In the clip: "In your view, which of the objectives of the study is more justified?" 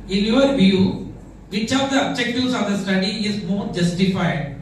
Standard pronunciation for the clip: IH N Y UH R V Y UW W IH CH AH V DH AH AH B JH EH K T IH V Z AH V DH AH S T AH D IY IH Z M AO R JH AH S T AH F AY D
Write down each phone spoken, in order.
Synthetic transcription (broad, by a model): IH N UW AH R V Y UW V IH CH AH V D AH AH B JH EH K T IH Z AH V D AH S T AH D IY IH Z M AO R JH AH S T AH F AY D